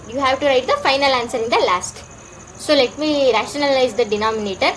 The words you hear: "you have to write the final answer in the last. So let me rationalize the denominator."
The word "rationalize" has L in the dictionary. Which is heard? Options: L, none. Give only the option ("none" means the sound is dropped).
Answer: L